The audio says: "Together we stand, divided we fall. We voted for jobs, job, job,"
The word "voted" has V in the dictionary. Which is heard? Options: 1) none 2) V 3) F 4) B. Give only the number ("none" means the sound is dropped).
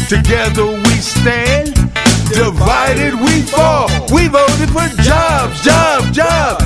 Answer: 2